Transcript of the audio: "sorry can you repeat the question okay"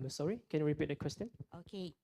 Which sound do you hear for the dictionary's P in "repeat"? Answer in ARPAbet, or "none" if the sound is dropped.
P